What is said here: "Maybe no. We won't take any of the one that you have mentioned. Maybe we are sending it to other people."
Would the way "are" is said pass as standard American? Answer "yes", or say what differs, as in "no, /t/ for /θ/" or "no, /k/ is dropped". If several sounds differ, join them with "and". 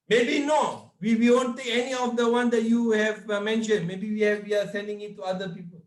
no, /w/ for /ɹ/